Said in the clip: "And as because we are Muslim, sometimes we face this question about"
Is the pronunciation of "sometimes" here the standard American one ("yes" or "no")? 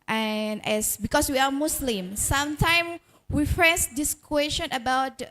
no